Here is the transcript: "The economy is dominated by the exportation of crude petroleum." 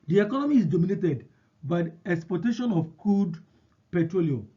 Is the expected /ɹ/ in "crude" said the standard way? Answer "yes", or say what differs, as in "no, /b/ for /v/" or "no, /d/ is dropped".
no, /ɹ/ is dropped